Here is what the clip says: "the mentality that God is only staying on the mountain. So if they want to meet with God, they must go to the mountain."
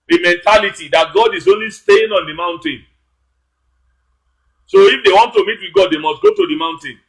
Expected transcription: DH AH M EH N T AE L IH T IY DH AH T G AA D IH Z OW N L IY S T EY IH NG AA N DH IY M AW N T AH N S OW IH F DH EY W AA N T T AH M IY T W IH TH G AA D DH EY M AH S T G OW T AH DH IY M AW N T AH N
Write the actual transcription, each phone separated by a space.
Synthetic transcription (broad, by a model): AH M EH N T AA L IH T IY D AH T G AA D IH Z OW N L IY S T EY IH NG AA N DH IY M AW N T AH N S OW IH F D EY W AA N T T AH M IY T W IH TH G AA D EY M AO S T G OW T AH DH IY M AW N T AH N